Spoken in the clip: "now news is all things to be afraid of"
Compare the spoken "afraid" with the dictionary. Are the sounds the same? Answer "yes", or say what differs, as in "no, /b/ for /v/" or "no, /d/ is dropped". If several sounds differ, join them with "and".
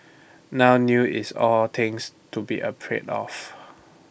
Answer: no, /p/ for /f/